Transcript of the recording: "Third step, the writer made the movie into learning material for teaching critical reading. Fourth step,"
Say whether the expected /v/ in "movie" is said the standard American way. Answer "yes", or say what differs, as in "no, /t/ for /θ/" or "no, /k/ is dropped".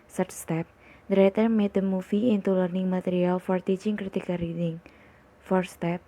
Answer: no, /f/ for /v/